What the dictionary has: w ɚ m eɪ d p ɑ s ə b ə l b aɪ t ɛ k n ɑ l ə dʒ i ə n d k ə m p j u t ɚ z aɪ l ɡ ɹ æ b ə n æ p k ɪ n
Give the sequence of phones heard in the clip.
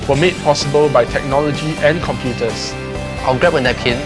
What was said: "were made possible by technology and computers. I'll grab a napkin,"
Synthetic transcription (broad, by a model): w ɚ m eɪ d p ɑ s ə b ə l b aɪ t ɛ k n ɑ l ə dʒ i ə n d k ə m p j u t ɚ s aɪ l ɡ ɹ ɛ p ə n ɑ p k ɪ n